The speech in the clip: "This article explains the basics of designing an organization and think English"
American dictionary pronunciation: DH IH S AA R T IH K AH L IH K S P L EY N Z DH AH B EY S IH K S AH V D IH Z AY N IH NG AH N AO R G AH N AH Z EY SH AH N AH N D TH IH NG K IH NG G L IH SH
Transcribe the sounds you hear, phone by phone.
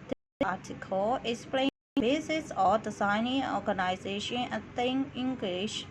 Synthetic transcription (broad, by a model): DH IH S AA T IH K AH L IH K S P L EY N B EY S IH S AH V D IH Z AY N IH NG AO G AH N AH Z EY SH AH N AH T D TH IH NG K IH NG G L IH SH